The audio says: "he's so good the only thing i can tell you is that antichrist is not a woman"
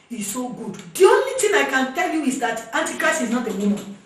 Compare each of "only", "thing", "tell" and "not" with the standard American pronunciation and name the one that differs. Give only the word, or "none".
thing